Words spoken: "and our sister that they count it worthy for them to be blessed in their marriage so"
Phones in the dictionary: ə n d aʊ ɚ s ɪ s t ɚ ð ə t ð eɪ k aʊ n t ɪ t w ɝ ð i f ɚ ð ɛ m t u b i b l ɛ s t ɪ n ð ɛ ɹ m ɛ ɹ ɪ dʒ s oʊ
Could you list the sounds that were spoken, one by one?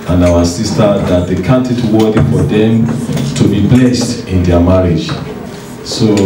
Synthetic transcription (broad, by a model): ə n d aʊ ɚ s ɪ s t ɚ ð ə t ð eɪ k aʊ n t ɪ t w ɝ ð i f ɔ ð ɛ m t u b i b l ɛ s t ɪ n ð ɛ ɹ m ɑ ɹ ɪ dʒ s oʊ